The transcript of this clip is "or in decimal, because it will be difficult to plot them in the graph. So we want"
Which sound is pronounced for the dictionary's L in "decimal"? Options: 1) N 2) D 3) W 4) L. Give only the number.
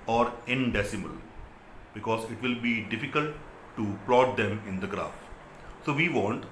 4